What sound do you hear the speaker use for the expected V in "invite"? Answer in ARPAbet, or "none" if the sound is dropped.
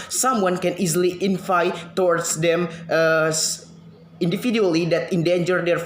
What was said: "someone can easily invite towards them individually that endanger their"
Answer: F